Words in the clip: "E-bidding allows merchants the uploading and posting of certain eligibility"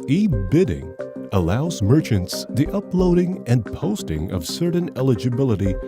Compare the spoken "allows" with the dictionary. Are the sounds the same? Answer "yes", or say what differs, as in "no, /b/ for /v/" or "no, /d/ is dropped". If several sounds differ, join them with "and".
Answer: yes